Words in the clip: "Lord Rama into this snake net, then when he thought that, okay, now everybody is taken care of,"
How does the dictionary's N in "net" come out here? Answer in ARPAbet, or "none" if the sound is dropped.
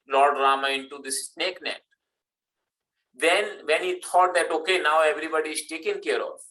N